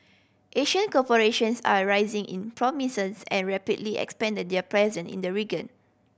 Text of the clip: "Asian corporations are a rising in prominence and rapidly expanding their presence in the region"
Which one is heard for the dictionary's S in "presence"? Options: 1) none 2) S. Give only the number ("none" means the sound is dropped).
1